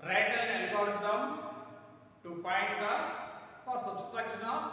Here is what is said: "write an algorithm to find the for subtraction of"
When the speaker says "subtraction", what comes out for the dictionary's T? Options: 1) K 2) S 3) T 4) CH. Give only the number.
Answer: 2